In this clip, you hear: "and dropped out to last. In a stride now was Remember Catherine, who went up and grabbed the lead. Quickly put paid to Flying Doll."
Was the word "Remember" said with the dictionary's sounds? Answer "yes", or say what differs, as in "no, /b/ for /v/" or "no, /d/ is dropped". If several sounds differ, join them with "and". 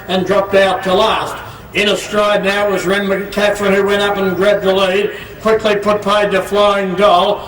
no, /b/ is dropped